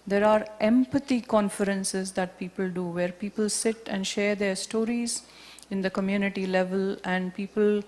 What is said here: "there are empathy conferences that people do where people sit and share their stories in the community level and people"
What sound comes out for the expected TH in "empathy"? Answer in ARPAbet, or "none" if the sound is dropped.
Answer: T